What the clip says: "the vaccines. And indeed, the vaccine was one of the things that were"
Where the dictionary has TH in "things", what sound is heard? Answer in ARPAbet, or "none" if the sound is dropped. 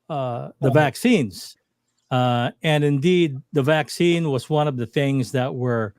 TH